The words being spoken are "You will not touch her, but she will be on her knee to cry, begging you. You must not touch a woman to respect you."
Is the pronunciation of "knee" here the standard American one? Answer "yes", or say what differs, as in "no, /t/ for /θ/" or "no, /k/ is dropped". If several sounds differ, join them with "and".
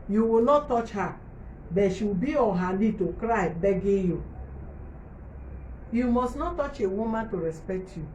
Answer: no, /l/ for /n/